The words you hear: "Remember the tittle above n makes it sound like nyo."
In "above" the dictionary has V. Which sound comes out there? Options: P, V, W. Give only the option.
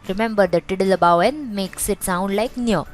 W